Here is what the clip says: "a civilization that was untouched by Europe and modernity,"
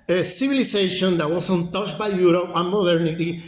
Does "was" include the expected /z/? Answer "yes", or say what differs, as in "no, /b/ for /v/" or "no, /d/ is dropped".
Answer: no, /s/ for /z/